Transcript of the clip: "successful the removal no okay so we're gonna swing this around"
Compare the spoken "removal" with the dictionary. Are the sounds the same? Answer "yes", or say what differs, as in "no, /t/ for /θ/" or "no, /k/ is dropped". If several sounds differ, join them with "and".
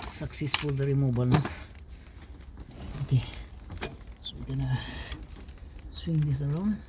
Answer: no, /b/ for /v/